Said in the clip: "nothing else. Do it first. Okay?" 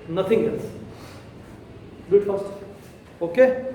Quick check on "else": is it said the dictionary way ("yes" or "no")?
no